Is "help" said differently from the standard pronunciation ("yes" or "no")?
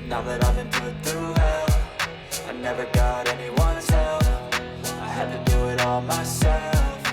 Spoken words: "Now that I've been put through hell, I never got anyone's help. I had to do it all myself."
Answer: yes